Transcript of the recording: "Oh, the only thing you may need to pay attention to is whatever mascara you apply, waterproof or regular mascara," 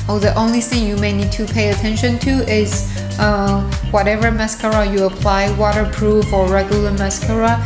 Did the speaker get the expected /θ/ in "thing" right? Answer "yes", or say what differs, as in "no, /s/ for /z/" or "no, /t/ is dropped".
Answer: yes